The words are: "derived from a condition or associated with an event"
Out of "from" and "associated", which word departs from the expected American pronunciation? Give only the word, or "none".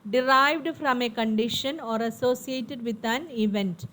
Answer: none